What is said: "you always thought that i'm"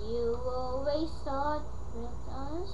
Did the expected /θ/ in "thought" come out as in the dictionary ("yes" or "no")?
no